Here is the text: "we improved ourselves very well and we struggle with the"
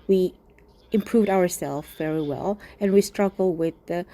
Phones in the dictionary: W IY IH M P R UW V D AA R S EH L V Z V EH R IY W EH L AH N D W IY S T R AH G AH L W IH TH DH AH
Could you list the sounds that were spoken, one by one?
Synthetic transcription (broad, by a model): W IY IH M P R UW V D AA R S EH L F V EH R IY W EH L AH N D W IY S T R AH G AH L W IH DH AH